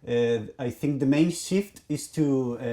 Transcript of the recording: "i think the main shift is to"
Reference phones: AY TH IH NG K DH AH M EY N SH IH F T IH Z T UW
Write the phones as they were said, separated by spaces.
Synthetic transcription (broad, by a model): AY TH IH NG K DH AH M EY N SH IH F T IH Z T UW